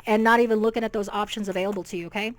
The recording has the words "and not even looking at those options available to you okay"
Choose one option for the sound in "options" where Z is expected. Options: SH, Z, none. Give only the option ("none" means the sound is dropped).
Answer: Z